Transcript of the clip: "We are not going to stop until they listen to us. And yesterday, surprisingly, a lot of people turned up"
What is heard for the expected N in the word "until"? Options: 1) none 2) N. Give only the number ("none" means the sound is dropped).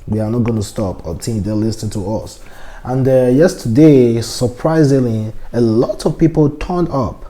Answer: 1